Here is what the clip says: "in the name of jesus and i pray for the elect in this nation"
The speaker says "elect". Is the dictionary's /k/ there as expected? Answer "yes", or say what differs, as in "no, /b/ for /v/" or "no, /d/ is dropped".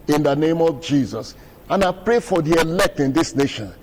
yes